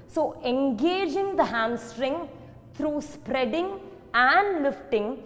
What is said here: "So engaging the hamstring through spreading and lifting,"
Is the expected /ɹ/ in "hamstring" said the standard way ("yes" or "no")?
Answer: yes